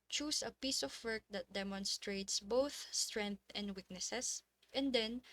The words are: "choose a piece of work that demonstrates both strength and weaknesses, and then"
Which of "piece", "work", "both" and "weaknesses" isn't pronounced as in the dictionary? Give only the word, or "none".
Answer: weaknesses